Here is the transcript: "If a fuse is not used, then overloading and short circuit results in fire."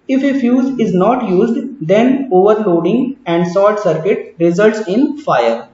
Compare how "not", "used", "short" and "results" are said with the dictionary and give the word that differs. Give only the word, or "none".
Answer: short